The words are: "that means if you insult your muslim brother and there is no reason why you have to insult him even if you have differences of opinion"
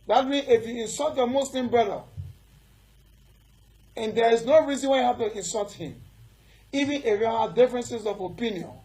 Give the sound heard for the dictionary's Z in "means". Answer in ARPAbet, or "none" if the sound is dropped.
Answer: none